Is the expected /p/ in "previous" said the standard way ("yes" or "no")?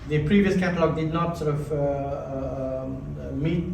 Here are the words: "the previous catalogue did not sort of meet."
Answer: yes